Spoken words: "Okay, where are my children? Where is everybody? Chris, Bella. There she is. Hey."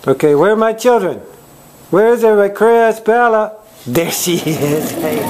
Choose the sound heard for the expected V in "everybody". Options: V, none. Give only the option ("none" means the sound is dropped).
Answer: none